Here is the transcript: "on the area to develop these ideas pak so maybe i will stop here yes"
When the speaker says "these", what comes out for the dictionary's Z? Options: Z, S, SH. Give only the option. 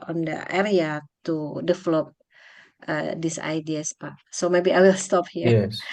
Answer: S